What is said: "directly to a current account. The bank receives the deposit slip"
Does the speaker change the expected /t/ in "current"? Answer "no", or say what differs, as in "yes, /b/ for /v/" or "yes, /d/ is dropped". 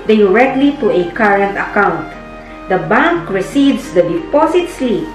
no